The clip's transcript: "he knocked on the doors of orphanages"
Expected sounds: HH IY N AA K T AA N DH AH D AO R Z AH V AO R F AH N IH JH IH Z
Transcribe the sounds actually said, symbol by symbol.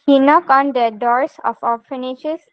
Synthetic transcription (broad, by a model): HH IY N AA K AA N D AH D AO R S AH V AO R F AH N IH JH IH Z